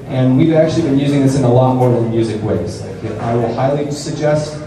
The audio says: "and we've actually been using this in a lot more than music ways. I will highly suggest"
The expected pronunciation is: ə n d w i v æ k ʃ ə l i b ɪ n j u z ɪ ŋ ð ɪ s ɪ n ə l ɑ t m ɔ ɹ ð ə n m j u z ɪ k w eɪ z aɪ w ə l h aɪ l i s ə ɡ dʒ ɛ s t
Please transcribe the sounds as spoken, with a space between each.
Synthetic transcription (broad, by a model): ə n w i v æ k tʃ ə l i b ɪ n j u z ɪ ŋ ð ɪ s ɪ n ə l ɑ t m ɔ ɹ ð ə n m j u z ɪ k w eɪ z aɪ w ə l h aɪ l i s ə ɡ dʒ ɛ s t